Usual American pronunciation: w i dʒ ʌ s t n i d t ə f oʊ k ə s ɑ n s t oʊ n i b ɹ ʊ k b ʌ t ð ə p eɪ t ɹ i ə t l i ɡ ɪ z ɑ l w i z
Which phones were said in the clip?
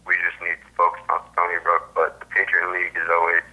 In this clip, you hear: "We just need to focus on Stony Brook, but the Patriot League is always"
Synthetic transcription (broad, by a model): w i dʒ ʌ s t n i d t ə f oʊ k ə ʊ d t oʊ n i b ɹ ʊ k b ʌ t ð ə p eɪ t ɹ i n l i ɡ ɪ z ɑ l w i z